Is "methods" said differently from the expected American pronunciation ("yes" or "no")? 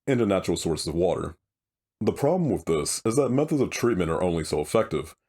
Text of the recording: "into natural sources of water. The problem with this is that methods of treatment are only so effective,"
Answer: no